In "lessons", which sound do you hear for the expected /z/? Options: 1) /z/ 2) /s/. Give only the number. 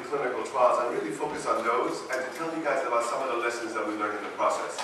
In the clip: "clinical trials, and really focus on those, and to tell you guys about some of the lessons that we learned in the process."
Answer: 1